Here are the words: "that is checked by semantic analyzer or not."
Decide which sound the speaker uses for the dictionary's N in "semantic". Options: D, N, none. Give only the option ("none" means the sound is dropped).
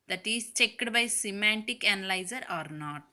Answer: N